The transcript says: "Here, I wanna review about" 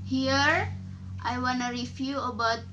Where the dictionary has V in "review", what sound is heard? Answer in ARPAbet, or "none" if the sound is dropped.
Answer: F